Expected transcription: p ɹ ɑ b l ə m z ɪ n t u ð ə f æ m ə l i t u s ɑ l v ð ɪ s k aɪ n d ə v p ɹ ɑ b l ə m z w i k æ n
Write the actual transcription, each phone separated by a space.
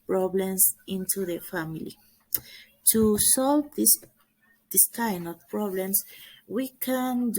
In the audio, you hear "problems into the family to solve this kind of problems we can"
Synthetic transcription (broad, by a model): p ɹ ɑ b l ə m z ɪ n t u ð ə f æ m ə l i t u s ɑ l v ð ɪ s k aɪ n ə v p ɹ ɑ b l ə m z w i k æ n